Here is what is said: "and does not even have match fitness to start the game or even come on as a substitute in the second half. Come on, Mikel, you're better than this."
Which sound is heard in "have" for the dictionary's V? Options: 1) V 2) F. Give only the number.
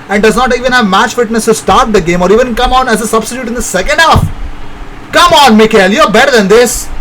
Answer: 1